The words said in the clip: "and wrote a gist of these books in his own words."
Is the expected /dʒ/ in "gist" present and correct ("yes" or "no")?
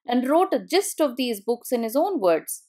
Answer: yes